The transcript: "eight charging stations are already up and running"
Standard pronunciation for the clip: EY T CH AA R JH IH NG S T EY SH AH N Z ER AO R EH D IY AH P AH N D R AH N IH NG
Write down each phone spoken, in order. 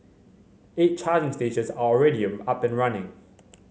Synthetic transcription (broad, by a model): EY T CH AA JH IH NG S T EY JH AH Z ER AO R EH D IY AH P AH N R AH N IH NG